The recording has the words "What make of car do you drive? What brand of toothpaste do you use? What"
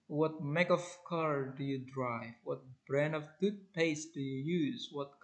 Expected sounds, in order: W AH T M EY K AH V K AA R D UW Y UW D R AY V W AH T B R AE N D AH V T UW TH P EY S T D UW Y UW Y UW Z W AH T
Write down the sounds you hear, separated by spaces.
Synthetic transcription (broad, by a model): W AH T M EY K AH V K AA R D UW Y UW D R AY V W AH T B R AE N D AH V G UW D P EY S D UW Y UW Y UW Z W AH T